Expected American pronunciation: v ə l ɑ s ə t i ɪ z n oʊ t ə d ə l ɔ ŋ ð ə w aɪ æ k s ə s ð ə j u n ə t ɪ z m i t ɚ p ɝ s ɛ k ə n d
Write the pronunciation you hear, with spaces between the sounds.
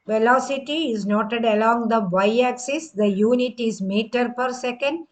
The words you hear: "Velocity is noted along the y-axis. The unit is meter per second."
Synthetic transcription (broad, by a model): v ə l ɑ s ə t i ɪ z n oʊ t ə d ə l ɔ ŋ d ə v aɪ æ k s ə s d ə j u n ə t ɪ z m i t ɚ p ɝ s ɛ k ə n d